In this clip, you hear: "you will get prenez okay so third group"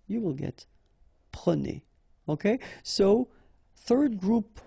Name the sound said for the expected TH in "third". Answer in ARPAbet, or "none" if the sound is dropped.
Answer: TH